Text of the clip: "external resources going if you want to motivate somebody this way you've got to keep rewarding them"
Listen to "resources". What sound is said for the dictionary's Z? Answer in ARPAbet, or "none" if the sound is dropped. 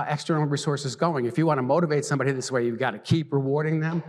Z